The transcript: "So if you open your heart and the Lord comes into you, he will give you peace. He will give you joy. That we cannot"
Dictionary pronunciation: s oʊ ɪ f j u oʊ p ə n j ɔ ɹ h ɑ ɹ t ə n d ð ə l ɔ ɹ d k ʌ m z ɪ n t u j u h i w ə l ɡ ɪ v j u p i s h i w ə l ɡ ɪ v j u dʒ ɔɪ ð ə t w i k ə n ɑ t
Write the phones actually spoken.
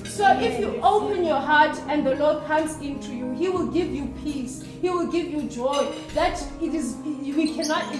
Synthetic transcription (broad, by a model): s oʊ ɪ f j u oʊ p ə n j ɔ h ɑ t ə n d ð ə l ɔ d k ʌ m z ɪ n t u j u h i w ə l ɡ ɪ v j u p i s h i w ə l ɡ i v j u dʒ ɔɪ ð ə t w i k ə n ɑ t